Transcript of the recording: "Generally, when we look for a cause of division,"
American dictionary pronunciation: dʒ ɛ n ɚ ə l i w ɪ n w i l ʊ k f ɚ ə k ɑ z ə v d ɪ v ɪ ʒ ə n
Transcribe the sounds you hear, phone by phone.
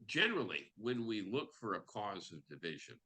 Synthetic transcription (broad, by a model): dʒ ɛ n ɚ l i w ɪ n w i l ʊ k f ɚ ə k ɑ z ə v d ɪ v ɪ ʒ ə n